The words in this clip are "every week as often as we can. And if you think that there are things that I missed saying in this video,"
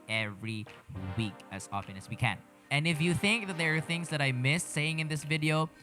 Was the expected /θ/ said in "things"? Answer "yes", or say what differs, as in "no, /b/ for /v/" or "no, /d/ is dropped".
yes